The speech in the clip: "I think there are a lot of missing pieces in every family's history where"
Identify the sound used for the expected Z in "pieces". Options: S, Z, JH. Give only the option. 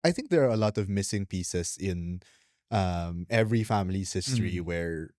S